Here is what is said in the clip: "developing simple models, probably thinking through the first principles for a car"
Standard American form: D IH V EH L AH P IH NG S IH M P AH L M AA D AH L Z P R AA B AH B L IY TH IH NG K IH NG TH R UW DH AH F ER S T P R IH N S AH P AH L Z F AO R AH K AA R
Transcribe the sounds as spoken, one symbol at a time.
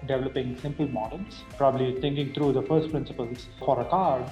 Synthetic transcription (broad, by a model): D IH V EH L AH P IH NG S IH M P AH L M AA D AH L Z P R AA B AH B L IY T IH NG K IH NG T R UW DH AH F ER S T P R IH N S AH P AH L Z F AO R AH K AA R